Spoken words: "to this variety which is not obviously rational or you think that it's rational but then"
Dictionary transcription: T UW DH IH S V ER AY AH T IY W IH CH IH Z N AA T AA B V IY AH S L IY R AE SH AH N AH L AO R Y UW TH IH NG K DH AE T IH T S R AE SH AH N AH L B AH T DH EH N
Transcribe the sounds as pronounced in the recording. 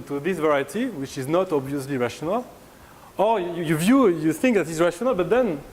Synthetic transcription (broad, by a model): T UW DH IH S V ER AY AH T IY W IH CH IH Z N AA T AA B V IY AH S L IY R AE SH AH N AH L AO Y Y UW TH IH NG K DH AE T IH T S R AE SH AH N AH L B AH T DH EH N